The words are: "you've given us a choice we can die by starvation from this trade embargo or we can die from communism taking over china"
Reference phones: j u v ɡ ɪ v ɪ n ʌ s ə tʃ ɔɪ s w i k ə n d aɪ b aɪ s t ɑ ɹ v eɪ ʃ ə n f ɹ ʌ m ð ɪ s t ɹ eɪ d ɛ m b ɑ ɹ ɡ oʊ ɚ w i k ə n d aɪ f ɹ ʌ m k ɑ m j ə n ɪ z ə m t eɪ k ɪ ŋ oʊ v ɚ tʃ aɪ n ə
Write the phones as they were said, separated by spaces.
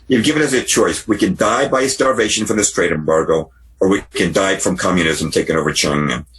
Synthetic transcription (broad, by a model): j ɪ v ɡ ɪ v ɪ n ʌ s ə tʃ ɔɪ s w i k ə n d aɪ b aɪ s t ɑ ɹ v eɪ ʃ ə n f ɹ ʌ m ð ɪ s t ɹ eɪ d ɛ m b ɑ ɹ ɡ oʊ ɚ w i k ə n d aɪ f ɹ ʌ m k ɑ m j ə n ɪ z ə m t eɪ k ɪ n oʊ v ɚ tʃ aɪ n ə